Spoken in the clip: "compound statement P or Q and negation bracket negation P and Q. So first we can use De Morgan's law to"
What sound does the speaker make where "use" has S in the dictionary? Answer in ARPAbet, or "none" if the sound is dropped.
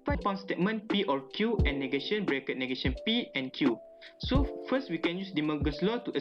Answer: S